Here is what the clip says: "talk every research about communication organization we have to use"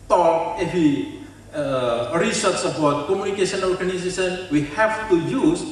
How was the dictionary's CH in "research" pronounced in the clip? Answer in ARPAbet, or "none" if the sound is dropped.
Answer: S